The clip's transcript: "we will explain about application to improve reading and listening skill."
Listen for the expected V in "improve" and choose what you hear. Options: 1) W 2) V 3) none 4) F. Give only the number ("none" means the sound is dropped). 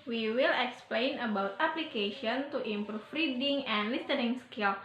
4